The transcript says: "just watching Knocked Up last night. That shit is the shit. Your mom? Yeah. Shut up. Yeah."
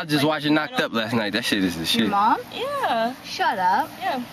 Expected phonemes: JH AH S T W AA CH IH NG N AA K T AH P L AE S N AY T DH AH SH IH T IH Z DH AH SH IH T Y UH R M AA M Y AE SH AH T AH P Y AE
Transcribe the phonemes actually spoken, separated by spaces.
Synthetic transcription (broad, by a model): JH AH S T W AA IH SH N AA K T AH P L AE S N AY T DH AH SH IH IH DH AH S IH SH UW M AA M Y AE SH AH T AH P Y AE